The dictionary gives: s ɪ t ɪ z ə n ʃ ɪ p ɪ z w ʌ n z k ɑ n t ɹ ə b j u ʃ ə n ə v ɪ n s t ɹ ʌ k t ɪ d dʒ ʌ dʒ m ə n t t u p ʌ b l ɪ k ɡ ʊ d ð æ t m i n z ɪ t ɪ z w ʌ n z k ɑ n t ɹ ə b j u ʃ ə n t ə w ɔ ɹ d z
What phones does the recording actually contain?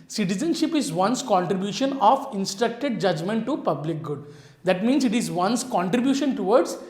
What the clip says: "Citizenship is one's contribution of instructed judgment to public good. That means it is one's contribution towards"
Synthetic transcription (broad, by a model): s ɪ t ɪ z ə n ʃ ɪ p ɪ z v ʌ n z k ɑ n t ɹ ə b j u ʃ ə n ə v ɪ n s t ɹ ʌ k t ɪ d dʒ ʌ dʒ m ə n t t u p ʌ b l ɪ k ɡ ʊ d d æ t m i n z ɪ t ɪ z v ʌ n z k ɑ n t ɹ ə b j u ʃ ə n t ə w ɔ ɹ d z